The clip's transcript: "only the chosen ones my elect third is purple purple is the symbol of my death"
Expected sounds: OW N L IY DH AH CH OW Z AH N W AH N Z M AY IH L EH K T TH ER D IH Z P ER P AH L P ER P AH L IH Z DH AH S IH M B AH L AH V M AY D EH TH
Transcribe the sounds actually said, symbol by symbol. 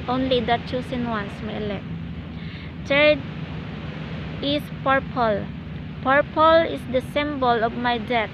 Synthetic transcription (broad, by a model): OW N L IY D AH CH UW S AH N W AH N S M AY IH L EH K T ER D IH S P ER P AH L P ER P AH L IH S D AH S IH M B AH L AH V M AY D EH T